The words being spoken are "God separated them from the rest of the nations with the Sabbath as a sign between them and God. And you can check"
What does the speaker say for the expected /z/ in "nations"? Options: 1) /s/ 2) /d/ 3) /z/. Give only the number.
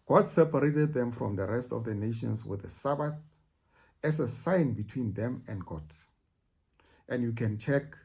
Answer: 1